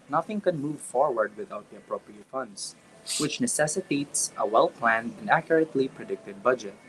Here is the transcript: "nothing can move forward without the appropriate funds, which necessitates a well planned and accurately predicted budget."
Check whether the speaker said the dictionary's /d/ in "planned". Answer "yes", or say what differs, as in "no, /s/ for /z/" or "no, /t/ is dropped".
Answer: yes